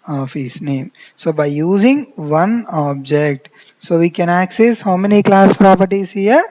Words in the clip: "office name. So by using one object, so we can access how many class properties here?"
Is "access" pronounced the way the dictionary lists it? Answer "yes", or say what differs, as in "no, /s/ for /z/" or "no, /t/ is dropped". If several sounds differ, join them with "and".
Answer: yes